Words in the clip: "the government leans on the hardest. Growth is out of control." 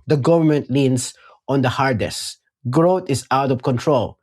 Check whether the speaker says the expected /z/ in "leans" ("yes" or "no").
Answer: no